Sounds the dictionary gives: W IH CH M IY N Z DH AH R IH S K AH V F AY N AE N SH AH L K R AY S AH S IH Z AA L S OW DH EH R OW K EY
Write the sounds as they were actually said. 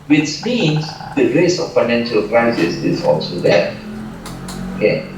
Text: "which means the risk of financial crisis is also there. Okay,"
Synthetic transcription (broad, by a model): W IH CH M IY N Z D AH R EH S AH F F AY N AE N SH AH L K R AY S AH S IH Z AA L S OW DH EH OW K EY